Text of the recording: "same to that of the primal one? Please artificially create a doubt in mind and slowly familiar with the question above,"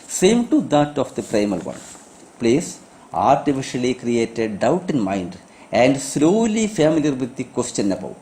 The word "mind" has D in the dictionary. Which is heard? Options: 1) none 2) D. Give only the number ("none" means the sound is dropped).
2